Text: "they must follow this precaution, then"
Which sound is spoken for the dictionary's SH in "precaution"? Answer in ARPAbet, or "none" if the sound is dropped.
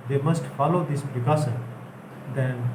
S